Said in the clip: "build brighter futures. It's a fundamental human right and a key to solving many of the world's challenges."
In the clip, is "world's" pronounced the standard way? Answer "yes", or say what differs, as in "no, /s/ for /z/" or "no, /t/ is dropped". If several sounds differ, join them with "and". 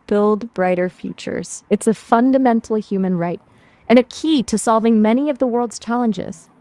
yes